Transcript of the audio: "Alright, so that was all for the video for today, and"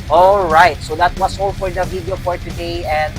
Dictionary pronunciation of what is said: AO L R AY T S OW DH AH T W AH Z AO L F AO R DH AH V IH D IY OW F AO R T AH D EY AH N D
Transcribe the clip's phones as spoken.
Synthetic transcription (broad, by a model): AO L R AY T S OW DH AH T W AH S AO L F AO R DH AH V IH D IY OW F AO R T AH D EY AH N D